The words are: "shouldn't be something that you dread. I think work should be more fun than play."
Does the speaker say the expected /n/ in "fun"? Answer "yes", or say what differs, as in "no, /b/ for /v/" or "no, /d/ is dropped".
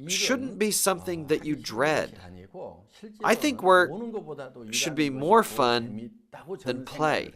yes